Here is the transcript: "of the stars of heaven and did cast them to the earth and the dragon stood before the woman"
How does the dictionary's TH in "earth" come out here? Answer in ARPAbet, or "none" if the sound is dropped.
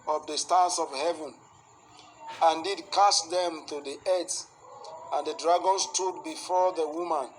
S